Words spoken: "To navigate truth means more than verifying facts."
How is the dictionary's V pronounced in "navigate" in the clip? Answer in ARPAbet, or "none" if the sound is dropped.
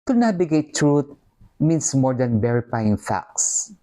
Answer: B